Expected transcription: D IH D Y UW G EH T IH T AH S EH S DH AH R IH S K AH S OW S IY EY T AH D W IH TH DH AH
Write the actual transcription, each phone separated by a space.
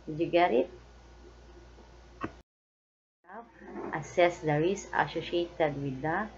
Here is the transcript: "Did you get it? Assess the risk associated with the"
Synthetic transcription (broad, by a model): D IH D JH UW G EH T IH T AH S EH S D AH R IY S AH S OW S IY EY T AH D W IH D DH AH